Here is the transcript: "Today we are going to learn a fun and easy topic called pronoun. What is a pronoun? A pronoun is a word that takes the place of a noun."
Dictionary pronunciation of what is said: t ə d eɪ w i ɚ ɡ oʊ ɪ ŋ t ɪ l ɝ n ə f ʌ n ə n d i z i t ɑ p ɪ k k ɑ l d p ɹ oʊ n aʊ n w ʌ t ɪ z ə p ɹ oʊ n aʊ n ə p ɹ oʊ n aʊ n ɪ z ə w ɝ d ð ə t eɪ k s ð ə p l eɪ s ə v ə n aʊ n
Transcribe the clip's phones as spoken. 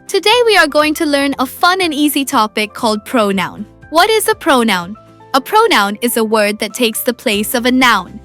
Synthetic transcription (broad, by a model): t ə d eɪ w i ɚ ɡ oʊ ɪ ŋ t ɪ l ɝ n ə f ʌ n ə n i z i t ɑ p ɪ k k ɑ l d p ɹ oʊ n aʊ n w ʌ t ɪ z ə p ɹ oʊ n aʊ n ə p ɹ oʊ n aʊ n ɪ z ə w ɝ d ð ə t eɪ k s ð ə p l eɪ s ə v ə n aʊ n